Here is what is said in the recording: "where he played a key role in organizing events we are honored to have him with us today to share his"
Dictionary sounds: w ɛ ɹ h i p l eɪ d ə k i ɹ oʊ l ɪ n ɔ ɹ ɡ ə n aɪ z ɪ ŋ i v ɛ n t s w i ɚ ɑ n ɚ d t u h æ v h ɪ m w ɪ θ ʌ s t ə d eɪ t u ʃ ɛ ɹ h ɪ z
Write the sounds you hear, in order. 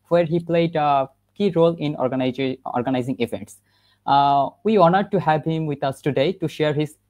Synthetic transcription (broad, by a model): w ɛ ɹ h i p l eɪ d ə k i ɹ oʊ l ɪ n ɔ ɹ ɡ ə n aɪ z ɪ ŋ i v ɛ n t s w i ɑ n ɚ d t u h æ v h ɪ m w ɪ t ʌ s t ə d eɪ t u ʃ ɛ ɹ h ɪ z